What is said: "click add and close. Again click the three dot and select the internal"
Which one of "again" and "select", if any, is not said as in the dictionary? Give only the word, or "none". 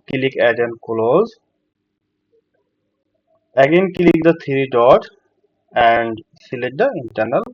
select